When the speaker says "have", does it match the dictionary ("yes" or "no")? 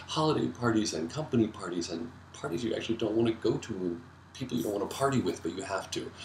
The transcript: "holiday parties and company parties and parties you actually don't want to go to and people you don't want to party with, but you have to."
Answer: no